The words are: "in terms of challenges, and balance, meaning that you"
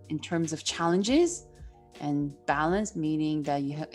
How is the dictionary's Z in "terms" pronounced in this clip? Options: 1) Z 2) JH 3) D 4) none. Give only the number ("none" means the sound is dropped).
1